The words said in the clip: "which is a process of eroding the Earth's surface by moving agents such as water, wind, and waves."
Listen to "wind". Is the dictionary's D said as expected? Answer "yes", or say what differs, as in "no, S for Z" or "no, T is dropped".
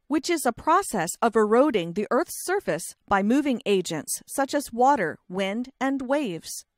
yes